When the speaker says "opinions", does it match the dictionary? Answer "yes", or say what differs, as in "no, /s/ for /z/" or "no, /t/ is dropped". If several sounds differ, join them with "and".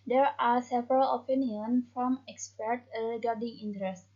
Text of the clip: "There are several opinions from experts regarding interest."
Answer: no, /z/ is dropped